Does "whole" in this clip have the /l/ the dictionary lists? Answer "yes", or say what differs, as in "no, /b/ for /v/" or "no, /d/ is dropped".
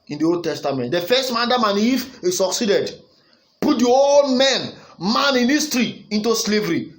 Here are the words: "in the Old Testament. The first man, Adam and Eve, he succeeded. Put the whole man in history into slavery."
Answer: no, /n/ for /l/